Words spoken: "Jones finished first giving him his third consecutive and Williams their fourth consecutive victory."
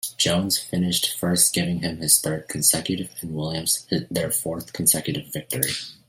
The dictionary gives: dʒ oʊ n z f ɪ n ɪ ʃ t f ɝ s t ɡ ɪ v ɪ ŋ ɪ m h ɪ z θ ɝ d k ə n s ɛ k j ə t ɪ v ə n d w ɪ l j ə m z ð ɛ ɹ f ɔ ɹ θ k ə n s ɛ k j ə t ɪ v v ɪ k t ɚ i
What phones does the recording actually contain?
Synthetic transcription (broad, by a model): dʒ oʊ n z f ɪ n ɪ ʃ t f ɝ s t ɡ ɪ v ɪ ŋ ɪ m ɪ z θ ɝ d k n s ɛ k j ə t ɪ v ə n w ɪ l j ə m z ð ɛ ɹ f ɔ ɹ θ k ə n s ɛ k j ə t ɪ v v ɪ k t ɚ i